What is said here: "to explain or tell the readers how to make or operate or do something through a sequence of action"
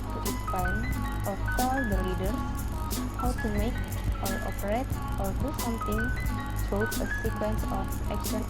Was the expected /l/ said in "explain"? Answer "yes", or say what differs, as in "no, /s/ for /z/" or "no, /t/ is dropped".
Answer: no, /l/ is dropped